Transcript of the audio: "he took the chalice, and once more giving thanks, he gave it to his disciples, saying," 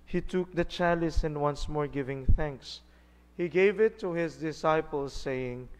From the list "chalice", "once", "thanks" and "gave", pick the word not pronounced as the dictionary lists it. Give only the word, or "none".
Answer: none